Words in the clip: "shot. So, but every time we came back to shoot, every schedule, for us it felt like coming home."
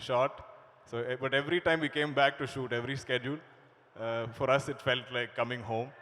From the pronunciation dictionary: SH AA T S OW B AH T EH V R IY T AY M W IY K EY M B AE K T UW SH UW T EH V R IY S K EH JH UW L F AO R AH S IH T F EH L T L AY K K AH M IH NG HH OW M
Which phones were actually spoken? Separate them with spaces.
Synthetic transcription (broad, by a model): SH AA T S OW B AH T EH V R IY T AY M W IY K EY M B AE K T UW SH UW T EH V R IY S K EH JH UW L F AO R AH S IH T F EH L T L AY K K AH M IH NG HH OW M